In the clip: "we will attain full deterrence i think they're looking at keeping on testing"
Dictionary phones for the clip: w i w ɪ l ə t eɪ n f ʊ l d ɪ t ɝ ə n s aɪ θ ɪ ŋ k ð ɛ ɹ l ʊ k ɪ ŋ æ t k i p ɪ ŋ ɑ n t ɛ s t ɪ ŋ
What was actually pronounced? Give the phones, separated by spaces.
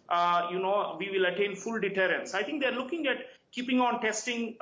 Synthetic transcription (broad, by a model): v i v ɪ l ə t eɪ n f ʊ l d ɪ t ɝ ə n s aɪ t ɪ ŋ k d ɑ ɹ l ʊ k ɪ ŋ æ t k i p ɪ ŋ ɑ n t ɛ s t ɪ ŋ